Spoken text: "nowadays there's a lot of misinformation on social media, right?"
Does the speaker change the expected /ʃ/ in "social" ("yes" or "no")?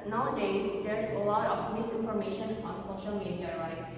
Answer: no